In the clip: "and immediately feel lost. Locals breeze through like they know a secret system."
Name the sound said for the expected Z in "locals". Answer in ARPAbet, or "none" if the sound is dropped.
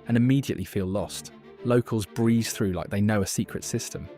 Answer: Z